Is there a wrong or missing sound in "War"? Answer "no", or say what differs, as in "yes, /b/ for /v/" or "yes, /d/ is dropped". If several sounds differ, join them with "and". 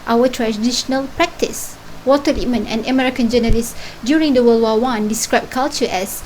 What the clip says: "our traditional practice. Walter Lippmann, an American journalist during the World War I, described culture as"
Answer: yes, /w/ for /ɹ/